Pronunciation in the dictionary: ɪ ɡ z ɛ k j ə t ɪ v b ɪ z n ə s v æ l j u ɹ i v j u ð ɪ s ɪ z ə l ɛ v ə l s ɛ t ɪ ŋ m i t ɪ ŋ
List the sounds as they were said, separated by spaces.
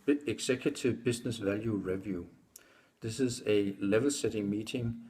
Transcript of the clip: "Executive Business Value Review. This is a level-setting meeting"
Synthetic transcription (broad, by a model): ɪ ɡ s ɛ k j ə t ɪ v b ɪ s n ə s v æ l j u ɹ i v j u ð ɪ s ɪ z ə l ɛ v ə l s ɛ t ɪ ŋ m i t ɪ ŋ